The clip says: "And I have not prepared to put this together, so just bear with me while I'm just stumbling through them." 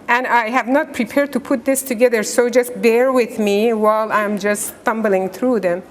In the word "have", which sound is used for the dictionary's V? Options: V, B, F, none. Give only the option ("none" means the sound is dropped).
V